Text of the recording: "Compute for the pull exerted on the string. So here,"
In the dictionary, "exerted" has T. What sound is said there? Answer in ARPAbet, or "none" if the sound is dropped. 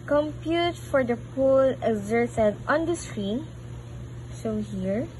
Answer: S